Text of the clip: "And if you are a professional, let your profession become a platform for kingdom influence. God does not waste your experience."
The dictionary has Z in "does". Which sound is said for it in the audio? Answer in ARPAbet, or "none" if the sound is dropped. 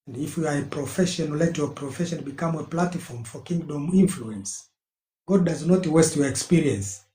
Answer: Z